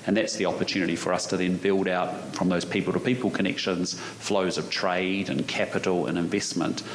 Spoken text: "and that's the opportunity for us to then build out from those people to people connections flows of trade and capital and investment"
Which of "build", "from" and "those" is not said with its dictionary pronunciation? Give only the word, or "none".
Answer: none